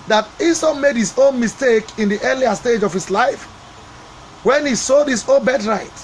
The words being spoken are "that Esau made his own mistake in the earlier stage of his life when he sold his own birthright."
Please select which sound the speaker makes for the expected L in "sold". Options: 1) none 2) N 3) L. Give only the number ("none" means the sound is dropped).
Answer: 1